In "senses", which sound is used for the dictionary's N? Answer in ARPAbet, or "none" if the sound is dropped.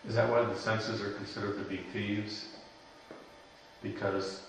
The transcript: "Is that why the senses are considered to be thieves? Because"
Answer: N